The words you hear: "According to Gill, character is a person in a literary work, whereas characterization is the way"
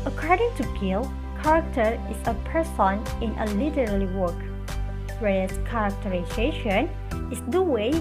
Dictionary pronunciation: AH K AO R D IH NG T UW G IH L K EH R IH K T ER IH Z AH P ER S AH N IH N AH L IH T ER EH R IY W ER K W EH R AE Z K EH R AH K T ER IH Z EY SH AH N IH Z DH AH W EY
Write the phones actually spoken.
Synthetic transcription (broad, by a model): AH K AO R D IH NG T UW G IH L K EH R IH K T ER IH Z AH P ER S AH N IH N AH L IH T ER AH L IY W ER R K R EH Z K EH R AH K T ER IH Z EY SH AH N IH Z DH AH W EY